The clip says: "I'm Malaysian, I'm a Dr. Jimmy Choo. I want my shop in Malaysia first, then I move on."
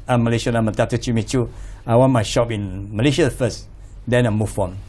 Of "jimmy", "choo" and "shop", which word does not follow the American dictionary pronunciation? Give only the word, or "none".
jimmy